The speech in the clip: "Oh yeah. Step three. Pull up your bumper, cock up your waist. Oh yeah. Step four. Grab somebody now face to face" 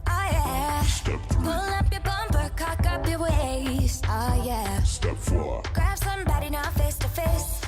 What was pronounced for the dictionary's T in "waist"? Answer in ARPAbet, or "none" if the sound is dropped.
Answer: none